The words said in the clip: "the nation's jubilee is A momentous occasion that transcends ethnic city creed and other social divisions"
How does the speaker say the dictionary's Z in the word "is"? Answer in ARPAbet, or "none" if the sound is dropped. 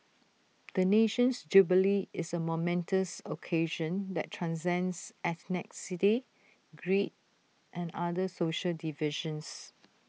S